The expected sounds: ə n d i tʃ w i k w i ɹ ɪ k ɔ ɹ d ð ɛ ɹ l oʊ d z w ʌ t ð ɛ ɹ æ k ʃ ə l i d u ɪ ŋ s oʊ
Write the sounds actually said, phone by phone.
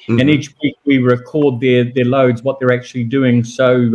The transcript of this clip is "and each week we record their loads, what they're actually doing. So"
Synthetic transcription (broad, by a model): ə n i tʃ w i k w i ɹ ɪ k ɔ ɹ d ð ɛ ɹ l oʊ d z w ʌ t ð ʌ ɹ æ k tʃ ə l i d u ɪ ŋ s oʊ